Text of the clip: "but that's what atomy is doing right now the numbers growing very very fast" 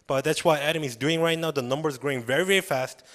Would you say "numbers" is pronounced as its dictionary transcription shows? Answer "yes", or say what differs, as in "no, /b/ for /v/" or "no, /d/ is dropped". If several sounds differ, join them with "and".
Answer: yes